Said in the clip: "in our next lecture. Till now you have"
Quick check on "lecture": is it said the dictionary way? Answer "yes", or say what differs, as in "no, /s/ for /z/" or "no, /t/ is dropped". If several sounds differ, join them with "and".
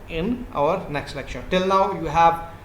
no, /ʃ/ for /tʃ/